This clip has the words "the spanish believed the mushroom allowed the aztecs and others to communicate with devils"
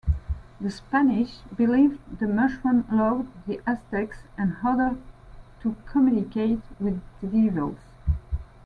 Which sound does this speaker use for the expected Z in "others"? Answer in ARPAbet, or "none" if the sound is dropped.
none